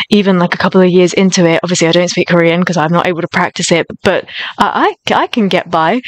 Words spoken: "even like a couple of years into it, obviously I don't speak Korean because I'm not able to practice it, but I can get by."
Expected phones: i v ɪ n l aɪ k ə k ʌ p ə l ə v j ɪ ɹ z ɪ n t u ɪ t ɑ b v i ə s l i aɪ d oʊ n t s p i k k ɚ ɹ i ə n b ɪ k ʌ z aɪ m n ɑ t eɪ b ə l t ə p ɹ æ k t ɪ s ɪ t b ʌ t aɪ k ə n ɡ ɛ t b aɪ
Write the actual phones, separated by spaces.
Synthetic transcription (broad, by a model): i v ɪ n l aɪ k ə k ʌ p l ə v j ɪ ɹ z ɪ n t u ɪ t ɑ b v i ə s l i aɪ d oʊ n t s p i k k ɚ ɹ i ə n k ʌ z aɪ m n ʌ t eɪ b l t ə p ɹ æ k t ɪ s ɪ t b ʌ t aɪ k ə n ɡ ɛ t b aɪ